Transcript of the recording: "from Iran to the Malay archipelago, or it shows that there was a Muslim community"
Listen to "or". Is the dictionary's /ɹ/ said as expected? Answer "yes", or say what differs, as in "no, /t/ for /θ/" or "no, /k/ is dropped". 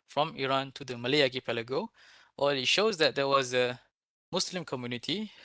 no, /l/ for /ɹ/